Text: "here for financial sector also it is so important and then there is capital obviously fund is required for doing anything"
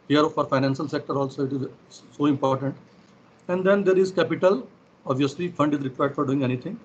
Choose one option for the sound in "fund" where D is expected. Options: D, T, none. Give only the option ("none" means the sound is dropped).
D